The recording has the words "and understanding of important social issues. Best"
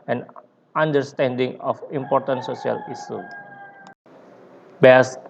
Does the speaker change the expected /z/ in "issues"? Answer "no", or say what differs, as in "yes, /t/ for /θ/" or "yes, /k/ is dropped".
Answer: yes, /z/ is dropped